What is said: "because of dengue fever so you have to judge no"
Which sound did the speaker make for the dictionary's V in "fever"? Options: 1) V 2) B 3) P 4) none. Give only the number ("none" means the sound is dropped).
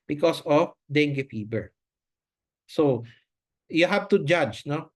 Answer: 2